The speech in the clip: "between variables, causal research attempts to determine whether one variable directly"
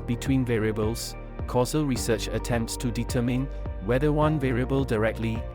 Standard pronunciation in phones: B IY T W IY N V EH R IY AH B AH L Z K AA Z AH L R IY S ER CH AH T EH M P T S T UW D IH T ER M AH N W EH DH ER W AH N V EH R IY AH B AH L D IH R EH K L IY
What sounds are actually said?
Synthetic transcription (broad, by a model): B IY T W IY N V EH R IY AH B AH L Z K AA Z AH L R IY S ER CH AH T EH M P T S T UW D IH T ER M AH N W EH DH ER W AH N V EH R IY AH B AH L D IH R EH K L IY